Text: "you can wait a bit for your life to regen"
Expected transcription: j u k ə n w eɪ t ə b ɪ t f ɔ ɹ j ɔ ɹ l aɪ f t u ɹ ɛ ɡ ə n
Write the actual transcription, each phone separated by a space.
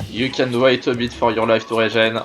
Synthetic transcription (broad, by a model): j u k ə n w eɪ t ə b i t f ɔ ɹ j ɔ ɹ l aɪ f t u ɹ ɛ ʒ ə n